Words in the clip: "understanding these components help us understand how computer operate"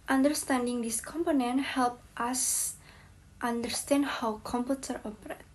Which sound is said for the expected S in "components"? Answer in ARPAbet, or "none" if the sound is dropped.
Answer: none